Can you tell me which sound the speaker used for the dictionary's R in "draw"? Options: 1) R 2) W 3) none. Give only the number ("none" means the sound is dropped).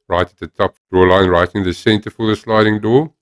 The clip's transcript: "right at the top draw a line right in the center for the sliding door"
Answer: 3